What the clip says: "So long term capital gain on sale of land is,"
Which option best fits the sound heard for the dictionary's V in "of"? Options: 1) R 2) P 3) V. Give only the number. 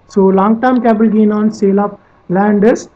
2